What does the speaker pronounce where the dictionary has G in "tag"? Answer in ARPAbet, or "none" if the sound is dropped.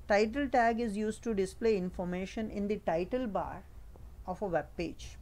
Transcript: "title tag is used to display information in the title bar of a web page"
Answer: G